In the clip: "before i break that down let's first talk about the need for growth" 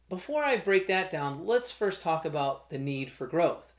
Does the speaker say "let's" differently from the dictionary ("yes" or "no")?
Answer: no